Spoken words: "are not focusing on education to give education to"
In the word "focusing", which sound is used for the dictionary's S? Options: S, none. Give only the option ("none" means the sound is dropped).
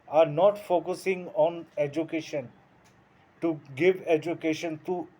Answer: S